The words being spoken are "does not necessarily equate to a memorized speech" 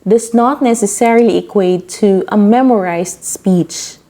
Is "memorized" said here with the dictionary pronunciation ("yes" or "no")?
no